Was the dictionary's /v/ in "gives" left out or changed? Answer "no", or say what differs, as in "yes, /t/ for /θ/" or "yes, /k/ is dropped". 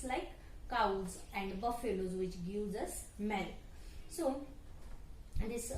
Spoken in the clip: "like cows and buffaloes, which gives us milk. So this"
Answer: yes, /v/ is dropped